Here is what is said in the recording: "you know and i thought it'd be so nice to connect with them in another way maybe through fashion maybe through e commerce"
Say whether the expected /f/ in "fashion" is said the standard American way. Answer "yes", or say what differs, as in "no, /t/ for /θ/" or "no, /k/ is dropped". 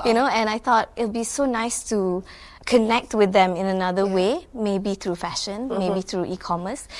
yes